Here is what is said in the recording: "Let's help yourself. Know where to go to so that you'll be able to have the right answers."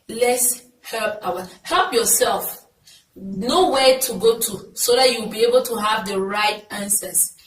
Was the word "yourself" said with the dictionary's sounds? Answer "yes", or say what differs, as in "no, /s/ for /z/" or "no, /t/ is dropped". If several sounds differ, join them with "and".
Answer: no, /l/ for /ɹ/